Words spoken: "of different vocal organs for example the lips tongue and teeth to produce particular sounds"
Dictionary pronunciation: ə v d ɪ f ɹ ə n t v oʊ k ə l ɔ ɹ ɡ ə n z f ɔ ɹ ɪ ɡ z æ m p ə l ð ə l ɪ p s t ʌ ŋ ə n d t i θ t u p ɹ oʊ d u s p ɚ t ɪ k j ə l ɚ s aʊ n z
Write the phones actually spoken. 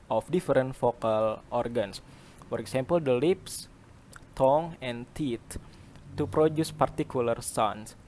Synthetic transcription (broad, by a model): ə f d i f ɹ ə n t f oʊ k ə l ɔ ɹ ɡ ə n s f ɔ ɹ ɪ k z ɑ m p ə l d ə l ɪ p s t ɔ ŋ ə n t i t u p ɹ oʊ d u s p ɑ t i k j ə l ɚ s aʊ n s